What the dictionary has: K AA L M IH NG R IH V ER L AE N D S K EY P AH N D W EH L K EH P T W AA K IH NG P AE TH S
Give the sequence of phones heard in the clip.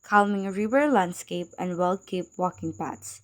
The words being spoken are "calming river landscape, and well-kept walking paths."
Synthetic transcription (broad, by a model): K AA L M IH NG R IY W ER L AE N D S K EY P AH N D W EH L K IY P W AA K IH NG P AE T S